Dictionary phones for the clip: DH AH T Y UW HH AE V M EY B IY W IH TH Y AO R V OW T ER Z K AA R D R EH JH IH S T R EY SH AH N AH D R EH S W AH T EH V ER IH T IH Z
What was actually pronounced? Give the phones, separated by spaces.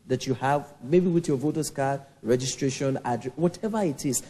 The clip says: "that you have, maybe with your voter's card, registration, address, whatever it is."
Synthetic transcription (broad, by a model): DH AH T Y UW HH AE V M EY B IY W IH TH Y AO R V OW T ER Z K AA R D R EH JH IH S T R EY SH AH N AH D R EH W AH T EH V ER IH T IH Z